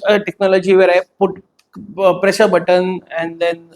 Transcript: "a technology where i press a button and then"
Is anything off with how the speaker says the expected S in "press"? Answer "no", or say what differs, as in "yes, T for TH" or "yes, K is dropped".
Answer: yes, SH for S